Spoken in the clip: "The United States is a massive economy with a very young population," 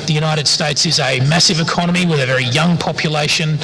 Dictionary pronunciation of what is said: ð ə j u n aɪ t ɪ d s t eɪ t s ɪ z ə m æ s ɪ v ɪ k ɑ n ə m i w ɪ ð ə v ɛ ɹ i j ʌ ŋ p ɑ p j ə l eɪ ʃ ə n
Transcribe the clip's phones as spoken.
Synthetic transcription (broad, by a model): ð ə j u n aɪ t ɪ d s t eɪ t s ɪ z ə m æ s ɪ v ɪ k ɑ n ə m i w ɪ ð ə v ɛ ɹ i j ʌ ŋ p ɑ p j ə l eɪ ʃ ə n